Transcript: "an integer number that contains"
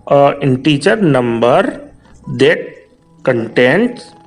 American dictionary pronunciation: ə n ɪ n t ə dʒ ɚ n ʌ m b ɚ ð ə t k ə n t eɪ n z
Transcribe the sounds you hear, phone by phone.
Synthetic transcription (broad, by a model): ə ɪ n t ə tʃ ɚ n ʌ m b ɚ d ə t k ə n t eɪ n